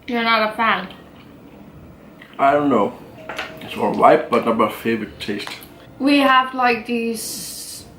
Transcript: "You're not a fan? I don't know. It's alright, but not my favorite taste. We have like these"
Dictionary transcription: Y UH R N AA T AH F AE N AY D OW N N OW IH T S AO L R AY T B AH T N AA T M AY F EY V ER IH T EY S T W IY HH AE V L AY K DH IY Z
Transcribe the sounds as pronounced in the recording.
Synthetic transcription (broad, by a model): Y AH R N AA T AH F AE N AY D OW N N OW IH T S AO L L AY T B AH T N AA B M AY F EY V ER IH T EY S T W IY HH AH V L AY K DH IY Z